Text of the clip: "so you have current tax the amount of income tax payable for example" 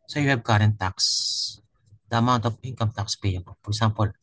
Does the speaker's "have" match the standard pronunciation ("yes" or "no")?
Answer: no